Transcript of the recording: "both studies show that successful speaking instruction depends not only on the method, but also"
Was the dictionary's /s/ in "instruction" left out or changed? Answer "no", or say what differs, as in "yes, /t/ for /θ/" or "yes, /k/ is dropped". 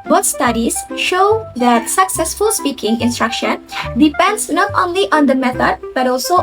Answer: no